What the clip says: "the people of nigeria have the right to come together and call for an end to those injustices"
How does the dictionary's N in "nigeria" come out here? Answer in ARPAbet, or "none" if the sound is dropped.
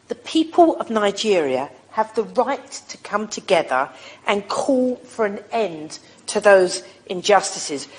N